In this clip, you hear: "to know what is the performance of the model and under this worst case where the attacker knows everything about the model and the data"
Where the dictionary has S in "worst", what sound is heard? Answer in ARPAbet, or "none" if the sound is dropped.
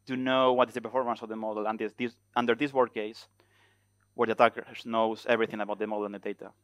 none